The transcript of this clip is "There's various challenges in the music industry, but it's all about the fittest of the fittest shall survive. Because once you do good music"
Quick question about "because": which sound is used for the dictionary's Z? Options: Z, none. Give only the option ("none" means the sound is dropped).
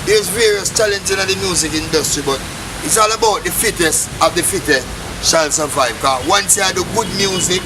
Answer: none